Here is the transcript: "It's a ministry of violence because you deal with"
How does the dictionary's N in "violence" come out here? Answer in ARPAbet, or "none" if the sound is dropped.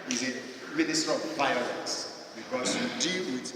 none